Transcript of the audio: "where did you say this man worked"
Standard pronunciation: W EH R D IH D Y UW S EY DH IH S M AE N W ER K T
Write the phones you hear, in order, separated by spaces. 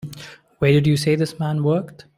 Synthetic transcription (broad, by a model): W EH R D IH D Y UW S EY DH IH S M AE N W ER K T